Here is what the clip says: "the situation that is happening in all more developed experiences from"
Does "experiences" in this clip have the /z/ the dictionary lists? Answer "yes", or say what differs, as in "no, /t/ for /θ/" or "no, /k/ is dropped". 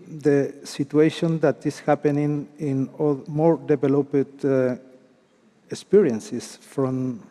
no, /s/ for /z/